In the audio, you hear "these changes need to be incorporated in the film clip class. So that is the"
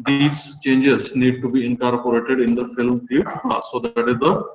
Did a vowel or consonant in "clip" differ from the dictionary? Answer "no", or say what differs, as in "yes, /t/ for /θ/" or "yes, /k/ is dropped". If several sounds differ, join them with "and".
yes, /l/ is dropped